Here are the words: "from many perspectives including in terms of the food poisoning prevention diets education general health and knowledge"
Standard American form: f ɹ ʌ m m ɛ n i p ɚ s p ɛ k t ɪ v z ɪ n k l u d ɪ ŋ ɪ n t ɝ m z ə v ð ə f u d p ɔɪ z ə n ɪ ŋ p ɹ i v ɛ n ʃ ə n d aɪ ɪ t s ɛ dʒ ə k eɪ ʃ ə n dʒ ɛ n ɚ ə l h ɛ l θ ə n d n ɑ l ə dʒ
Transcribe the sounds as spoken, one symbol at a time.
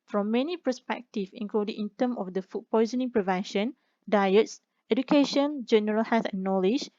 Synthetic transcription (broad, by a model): f ɹ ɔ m m ɛ n i p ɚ s p ɛ k t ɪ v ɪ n k l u d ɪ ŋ ɪ n t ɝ m ə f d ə f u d p ɔɪ z ə n ɪ ŋ p ɹ i v ɛ n ʃ ə n d aɪ ɪ t s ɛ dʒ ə k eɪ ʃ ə n dʒ ɛ n ɚ ə l h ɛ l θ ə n n ɑ l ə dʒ